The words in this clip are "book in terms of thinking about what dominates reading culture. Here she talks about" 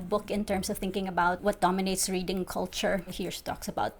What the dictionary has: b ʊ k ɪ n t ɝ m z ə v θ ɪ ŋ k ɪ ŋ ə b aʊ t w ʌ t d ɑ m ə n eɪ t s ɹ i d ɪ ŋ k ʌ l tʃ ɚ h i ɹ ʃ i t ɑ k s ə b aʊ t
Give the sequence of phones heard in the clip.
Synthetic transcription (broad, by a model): b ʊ k ɪ n t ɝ m s ə v θ ɪ ŋ k ɪ ŋ ə b aʊ t w ʌ t d ɑ m ə n eɪ t s ɹ i d ɪ ŋ k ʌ l tʃ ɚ h i ɹ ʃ t ɑ k s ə b aʊ t